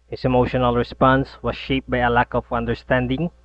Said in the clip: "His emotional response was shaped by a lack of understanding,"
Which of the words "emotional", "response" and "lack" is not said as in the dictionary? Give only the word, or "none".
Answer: none